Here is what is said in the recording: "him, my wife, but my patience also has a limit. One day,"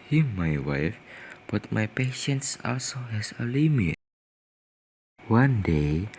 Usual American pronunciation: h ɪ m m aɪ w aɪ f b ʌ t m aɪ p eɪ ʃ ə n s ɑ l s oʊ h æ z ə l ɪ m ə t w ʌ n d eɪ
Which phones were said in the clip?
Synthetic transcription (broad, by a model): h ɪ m m aɪ w aɪ f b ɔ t m aɪ p eɪ ʃ ə n s ɑ l s oʊ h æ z ə l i m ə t w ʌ n d eɪ